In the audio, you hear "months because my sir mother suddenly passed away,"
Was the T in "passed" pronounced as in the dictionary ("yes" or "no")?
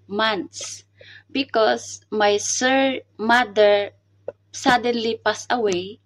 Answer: no